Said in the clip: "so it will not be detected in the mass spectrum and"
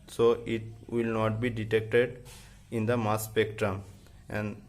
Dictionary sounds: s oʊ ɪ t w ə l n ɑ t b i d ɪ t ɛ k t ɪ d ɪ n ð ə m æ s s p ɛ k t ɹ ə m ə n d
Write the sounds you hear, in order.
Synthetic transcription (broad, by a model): s oʊ ɪ t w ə l n ɑ t b i d ɪ t ɛ k t ɪ d ɪ n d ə m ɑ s s p ɛ k t ɹ ə m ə n d